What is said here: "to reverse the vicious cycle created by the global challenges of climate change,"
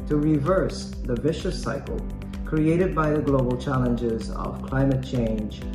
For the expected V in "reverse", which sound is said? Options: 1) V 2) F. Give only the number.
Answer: 1